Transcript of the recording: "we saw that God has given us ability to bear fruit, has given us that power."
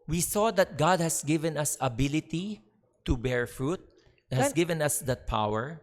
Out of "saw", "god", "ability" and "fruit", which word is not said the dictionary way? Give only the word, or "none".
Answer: none